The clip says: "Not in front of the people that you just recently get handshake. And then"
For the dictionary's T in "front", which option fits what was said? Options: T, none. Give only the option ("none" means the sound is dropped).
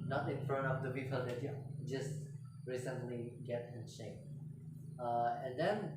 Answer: none